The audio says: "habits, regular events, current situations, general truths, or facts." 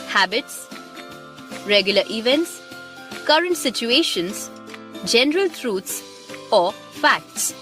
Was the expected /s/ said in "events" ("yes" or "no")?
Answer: yes